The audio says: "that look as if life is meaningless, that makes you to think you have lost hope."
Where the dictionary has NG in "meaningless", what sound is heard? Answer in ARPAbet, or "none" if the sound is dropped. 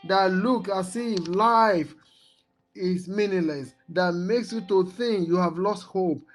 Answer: none